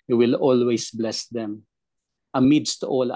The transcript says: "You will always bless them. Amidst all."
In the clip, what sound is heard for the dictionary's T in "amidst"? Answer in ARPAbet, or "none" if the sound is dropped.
T